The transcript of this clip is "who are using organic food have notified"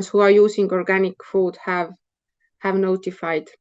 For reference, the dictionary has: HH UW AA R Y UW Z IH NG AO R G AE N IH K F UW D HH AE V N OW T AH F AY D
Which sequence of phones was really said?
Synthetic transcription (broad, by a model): HH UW AA R Y UW S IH NG AO R G AE N IH K F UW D HH AE V N OW T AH F AY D